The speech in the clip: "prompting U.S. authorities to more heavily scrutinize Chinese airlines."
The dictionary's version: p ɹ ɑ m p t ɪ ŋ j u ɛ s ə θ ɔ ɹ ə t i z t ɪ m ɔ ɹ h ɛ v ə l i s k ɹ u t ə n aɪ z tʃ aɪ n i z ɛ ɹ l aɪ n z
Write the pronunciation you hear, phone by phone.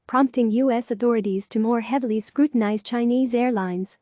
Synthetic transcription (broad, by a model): p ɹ ɑ m p t ɪ ŋ j u ɛ s ə θ ɔ ɹ ə t i z t ɪ m ɔ ɹ h ɛ v l i s k ɹ u t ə n aɪ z tʃ aɪ n i z ɛ ɹ l aɪ n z